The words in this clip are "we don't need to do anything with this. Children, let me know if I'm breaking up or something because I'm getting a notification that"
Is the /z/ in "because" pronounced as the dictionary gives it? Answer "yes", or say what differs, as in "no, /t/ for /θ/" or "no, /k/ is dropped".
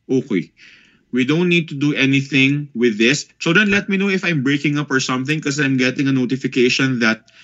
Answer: no, /z/ is dropped